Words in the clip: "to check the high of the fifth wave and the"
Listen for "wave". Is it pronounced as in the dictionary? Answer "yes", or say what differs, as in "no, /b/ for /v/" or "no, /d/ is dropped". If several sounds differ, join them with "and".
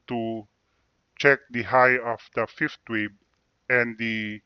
no, /b/ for /v/